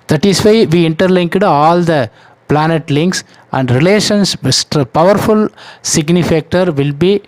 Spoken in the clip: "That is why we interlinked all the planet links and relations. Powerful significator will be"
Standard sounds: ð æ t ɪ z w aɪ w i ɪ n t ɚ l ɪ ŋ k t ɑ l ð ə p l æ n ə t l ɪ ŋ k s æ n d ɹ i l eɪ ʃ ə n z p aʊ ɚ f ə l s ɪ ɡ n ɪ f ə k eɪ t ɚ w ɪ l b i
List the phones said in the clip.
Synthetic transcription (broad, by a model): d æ t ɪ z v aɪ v i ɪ n t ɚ l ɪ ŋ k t ɑ l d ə p l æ n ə t l ɪ ŋ k s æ n d ɹ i l eɪ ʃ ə n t p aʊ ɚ f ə l s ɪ ɡ n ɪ f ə k t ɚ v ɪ l b i